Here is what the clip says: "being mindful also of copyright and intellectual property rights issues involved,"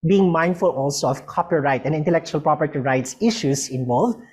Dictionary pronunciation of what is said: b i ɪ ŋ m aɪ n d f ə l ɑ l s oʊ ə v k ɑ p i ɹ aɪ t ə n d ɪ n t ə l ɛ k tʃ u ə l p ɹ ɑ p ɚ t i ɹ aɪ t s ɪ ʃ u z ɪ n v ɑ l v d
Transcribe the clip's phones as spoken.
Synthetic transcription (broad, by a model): b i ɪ ŋ m aɪ n d f ə l ɑ l s oʊ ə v k ɑ p i ɹ aɪ t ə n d ɪ n t ə l ɛ k tʃ u ə l p ɹ ɑ p ɚ t i ɹ aɪ t s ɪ ʃ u s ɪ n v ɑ l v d